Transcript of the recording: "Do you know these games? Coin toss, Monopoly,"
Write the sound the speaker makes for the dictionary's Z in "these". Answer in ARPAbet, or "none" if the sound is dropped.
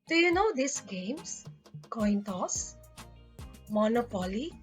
S